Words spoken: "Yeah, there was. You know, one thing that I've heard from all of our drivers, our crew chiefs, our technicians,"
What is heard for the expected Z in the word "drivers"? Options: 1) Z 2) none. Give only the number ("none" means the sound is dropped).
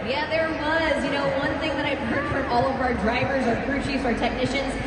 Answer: 1